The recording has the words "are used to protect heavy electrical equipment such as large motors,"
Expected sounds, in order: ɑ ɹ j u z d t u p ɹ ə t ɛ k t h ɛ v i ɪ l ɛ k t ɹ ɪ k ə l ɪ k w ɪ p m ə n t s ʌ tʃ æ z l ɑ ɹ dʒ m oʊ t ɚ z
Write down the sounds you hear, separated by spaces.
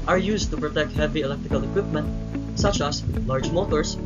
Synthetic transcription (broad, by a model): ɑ ɹ j u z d t u p ɹ ə t ɛ k t h ɛ v i ɪ l ɛ k t ɹ ɪ k ə l ɪ k w ɪ p m ə n t s ʌ tʃ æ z l ɑ ɹ dʒ m oʊ t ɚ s